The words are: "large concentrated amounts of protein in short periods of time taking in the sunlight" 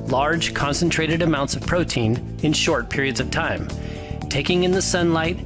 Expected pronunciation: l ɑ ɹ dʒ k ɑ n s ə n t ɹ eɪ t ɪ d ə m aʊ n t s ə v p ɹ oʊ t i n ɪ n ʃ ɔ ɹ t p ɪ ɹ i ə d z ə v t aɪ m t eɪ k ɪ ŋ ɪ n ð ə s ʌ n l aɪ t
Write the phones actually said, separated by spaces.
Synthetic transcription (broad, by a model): l ɑ ɹ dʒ k ɑ n s ə n t ɹ eɪ t ɪ d ə m aʊ n t s ə v p ɹ oʊ t i n ɪ n ʃ ɔ ɹ t p ɪ ɹ i ə d z ə v t aɪ m t eɪ k ɪ ŋ ɪ n ð ə s ʌ n l aɪ t